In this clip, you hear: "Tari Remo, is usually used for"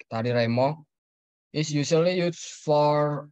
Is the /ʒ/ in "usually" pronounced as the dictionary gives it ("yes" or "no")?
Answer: no